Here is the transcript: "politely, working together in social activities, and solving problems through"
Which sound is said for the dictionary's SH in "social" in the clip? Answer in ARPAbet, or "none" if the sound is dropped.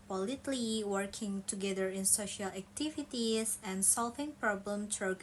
SH